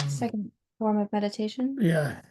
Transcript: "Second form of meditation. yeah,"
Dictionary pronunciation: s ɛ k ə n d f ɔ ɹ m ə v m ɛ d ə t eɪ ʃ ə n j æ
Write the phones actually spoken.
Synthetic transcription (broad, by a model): s ɛ k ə n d f ɔ ɹ m ə v m ɛ d ə t eɪ ʃ ə n j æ